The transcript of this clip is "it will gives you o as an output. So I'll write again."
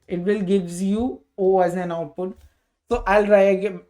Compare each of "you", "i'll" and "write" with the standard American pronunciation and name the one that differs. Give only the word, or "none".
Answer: write